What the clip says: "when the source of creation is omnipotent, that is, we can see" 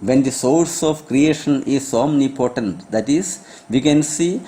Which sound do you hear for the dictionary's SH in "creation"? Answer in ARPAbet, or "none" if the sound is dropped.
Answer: SH